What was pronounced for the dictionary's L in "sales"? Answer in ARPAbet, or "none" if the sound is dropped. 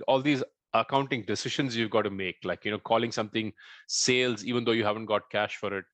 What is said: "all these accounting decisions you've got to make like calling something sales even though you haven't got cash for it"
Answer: L